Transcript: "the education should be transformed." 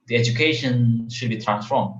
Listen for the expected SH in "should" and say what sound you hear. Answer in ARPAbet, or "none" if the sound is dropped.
SH